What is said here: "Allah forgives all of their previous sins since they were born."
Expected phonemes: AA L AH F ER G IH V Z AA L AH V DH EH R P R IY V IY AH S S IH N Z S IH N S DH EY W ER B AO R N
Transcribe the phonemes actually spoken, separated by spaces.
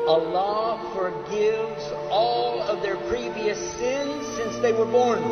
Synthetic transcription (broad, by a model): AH L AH F ER G IH V Z AA L AH V DH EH R P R IY V IY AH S S IH N Z S IH N S DH EY W ER B AO R N